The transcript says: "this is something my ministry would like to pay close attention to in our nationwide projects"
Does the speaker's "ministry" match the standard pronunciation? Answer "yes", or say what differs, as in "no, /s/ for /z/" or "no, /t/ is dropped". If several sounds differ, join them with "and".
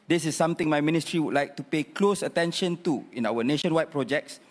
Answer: yes